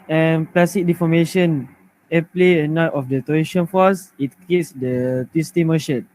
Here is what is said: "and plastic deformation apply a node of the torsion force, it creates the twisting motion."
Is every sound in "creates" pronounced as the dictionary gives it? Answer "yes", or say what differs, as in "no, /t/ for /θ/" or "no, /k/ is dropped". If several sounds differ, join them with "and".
no, /ɹ/ is dropped